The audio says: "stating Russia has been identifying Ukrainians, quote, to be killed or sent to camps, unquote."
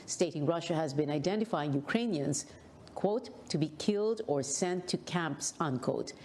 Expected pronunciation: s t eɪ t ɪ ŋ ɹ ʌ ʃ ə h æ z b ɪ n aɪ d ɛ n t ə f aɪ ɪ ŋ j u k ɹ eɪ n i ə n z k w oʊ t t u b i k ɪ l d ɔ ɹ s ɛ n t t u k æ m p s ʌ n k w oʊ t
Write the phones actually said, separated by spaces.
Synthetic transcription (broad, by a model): s t eɪ t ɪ ŋ ɹ ʌ ʃ ə h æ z b ɪ n aɪ d ɛ n t ə f aɪ ɪ ŋ j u k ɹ eɪ n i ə n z k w oʊ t t u b i k ɪ l d ɔ ɹ s ɛ n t t u k æ m p s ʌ n k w oʊ t